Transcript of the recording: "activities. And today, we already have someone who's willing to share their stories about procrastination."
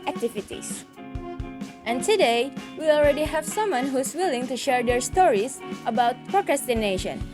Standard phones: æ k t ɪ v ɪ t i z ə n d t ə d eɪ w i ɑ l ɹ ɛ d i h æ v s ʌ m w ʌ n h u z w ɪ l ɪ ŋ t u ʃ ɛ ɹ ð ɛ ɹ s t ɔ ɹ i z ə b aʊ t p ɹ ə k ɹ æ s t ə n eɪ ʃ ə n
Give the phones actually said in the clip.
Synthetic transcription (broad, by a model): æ k t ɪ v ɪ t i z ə n t ə d eɪ w i ɑ l ɹ ɛ d i h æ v s ʌ m w ʌ n h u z w ɪ l ɪ ŋ t u ʃ ɛ ɹ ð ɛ ɹ s t ɔ ɹ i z ə b aʊ t p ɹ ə k ɹ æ s t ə n eɪ ʃ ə n